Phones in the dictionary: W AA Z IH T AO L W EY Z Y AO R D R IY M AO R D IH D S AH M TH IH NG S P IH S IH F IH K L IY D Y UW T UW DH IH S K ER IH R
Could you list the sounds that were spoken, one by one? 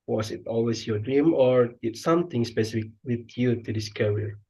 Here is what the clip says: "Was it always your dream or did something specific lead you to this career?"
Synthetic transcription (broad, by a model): W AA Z IH T AO L W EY S Y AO D R IY M AO R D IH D S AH M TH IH NG S P IH S IH F IH K W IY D Y UW T UW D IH S K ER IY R